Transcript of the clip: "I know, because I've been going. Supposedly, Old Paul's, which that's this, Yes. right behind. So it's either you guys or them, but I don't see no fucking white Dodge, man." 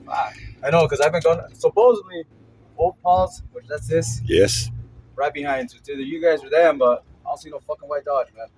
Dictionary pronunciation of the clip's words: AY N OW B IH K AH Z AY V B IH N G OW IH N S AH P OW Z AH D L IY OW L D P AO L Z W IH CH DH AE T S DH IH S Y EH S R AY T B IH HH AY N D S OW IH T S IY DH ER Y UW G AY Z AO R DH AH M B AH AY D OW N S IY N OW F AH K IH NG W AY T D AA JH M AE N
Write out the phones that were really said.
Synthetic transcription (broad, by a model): AY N OW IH K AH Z AY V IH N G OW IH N S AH P OW Z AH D L IY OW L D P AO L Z W IH CH DH AE T S DH IH S Y EH S R AY T B IH HH AY N D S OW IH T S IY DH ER Y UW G AY Z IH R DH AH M B AH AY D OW L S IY N OW F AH K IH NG W AY T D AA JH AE